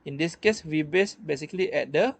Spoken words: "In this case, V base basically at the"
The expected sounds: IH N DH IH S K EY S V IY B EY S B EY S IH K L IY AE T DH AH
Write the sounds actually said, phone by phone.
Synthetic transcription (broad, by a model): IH N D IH S K EY S W IY B EY S B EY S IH K L IY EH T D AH